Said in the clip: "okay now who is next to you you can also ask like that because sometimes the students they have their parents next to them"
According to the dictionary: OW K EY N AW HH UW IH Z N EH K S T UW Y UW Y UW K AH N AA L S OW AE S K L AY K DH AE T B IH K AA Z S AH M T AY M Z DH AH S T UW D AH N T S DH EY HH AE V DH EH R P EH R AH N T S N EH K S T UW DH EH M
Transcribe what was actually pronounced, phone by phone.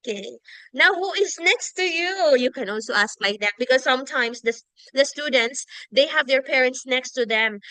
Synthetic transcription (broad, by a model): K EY N AW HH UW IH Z N EH K S T UW Y UW Y UW K AH N AA L S OW AE S K L AY K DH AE T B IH K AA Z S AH M T AY M S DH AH S T UW D AH N T S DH EY HH AE V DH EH R P EH R AH N T S N EH K S T UW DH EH M